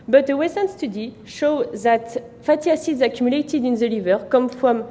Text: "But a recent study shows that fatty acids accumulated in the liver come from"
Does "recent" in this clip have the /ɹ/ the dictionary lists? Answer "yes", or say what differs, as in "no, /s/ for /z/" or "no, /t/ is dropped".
no, /w/ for /ɹ/